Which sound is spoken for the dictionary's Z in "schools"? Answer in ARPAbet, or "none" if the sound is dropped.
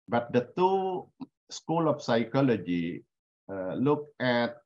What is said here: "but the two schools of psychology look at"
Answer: none